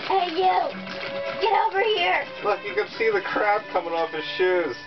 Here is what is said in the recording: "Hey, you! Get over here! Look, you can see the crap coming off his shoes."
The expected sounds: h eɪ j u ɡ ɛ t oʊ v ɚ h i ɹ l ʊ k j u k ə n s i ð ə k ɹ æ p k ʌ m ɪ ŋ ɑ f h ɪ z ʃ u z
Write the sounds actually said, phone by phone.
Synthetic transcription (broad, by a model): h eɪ j u ɡ ɛ t oʊ v ɚ h i ɹ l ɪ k j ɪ k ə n s i ð ə k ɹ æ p k ʌ m ɪ ŋ ɑ f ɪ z ʃ u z